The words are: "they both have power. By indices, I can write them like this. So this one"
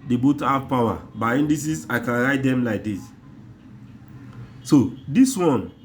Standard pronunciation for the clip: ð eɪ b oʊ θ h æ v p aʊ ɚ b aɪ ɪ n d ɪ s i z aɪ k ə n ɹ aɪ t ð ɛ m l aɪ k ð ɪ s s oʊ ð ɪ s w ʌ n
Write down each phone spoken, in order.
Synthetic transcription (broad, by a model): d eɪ b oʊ t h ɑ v p aʊ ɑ b aɪ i n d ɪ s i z aɪ k ə n ɹ aɪ t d ɛ m l aɪ k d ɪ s s oʊ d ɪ s w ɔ n